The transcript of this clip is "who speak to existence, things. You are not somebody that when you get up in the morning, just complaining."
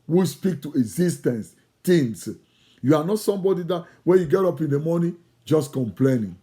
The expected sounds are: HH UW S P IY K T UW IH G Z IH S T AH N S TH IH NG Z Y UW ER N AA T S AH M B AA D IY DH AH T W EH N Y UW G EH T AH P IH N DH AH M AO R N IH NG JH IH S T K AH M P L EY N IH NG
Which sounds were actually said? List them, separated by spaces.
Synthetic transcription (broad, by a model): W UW S P IY K T UW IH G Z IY S T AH N S T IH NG S Y UW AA N AA T S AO M B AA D IY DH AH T W EH N Y UW G EH T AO P IH N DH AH M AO N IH JH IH S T K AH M P L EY N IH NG